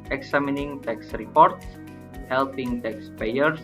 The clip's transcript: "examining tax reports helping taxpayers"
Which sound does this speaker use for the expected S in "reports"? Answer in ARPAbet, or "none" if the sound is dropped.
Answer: S